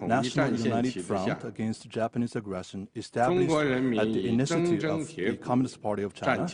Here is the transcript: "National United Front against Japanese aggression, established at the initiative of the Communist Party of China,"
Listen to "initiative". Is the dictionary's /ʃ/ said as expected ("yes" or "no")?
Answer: no